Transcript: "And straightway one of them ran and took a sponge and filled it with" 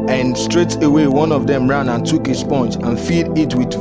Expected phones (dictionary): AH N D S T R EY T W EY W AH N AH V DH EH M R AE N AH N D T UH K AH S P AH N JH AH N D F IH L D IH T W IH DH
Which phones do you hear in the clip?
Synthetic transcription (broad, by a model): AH N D S T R EY T W EY W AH N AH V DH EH M R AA N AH N T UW K AH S P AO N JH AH N F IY D IH T W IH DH